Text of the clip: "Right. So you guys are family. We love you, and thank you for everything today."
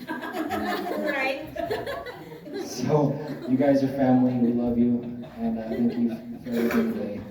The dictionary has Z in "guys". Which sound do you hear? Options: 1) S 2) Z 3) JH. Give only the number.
2